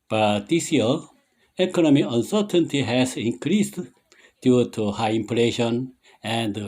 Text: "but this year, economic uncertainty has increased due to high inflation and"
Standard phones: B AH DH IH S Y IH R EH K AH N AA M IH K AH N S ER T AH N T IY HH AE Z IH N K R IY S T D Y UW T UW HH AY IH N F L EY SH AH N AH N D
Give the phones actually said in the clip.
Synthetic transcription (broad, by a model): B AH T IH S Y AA L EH K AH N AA M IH AH N S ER T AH N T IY HH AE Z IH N K R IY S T D Y UW T UW HH AY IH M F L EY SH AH N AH N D